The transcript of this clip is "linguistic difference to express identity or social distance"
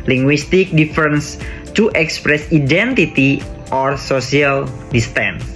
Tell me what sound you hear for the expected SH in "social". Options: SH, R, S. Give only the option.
S